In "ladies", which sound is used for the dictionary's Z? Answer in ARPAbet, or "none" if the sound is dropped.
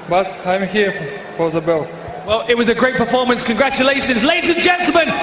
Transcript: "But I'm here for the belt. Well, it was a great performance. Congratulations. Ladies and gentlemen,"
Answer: Z